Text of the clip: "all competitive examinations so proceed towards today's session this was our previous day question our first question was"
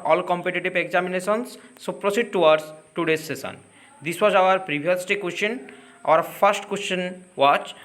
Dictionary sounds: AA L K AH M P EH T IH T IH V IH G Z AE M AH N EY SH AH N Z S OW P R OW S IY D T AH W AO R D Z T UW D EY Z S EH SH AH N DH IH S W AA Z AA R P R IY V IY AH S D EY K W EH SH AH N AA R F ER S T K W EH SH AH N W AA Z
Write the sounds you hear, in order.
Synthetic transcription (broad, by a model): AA L K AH M P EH T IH T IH B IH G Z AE M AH N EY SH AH N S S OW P R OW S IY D T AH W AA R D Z T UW D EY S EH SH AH N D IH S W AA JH AA R P R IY B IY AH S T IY K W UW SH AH N AA R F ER S T K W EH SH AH N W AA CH